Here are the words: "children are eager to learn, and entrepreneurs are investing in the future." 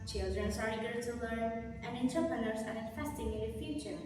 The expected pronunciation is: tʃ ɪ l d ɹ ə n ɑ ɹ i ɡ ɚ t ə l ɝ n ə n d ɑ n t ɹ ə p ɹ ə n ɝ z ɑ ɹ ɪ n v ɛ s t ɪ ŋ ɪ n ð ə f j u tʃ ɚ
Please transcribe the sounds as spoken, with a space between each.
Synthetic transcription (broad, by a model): tʃ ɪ l d ɹ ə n ɑ ɹ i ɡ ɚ t ə l ɝ n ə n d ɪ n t ə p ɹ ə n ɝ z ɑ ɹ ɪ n ɛ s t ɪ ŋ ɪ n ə f j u tʃ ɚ